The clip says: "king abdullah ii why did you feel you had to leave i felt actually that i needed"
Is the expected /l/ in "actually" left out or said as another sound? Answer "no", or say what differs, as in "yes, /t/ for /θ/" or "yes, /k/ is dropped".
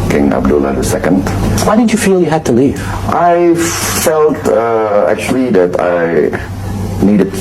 no